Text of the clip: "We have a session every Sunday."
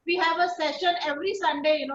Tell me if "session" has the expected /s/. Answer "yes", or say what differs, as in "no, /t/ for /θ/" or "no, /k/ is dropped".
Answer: yes